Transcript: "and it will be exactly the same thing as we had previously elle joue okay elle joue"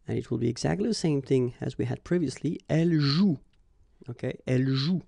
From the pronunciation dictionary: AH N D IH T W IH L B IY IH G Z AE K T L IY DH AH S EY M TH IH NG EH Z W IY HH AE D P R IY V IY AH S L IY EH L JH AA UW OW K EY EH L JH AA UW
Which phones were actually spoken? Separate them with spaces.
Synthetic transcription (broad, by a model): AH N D IH T W IH L B IY IH G Z AE K T L IY DH AH S EY M TH IH NG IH Z W IY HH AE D P R IY V IY AH S L IY EH L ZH UW OW K EY EH L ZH UW